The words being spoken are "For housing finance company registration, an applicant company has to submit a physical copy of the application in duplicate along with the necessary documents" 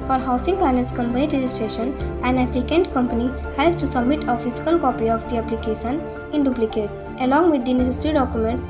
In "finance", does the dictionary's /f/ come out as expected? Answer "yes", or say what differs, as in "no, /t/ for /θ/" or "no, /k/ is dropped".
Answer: no, /p/ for /f/